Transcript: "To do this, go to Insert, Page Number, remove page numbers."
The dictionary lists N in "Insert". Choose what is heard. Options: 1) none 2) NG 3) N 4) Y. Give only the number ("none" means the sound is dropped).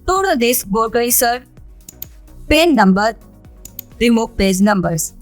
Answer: 1